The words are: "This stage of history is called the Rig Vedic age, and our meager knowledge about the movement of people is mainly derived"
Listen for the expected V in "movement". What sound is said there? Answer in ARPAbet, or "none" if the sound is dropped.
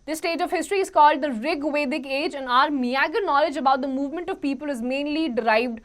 V